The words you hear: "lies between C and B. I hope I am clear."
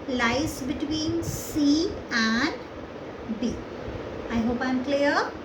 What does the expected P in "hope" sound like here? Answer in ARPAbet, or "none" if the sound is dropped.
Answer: P